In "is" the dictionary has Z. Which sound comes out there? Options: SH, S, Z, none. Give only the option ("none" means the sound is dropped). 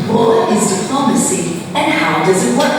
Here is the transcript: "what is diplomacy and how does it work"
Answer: Z